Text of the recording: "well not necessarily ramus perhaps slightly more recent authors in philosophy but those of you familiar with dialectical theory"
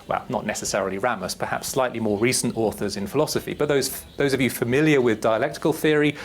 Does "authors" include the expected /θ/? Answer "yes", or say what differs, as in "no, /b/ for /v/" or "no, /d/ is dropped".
yes